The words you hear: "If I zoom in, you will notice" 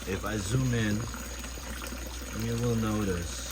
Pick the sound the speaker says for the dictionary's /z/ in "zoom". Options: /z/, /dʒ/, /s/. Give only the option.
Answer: /z/